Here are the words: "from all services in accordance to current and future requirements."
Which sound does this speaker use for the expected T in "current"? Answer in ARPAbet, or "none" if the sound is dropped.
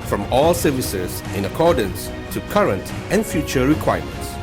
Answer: T